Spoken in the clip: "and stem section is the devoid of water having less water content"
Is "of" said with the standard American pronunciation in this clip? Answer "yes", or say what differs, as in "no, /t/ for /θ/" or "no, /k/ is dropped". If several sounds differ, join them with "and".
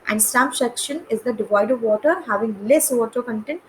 yes